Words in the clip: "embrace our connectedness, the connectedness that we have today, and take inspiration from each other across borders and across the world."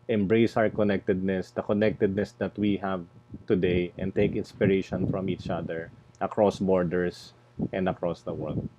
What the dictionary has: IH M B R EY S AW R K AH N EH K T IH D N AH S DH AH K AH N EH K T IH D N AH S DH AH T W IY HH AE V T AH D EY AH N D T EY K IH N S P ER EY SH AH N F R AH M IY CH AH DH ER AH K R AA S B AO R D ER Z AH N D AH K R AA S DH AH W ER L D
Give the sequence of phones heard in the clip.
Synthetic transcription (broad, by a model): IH M B R EY S AW R K AH N EH K T IH D N AH S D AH K AH N EH K T IH D N AH S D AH T W IY HH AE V T AH D EY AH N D T EY K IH N S P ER EY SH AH N F R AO M IY CH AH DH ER AH K R AA S B AO R D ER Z AH N D AH K R AA S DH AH W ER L D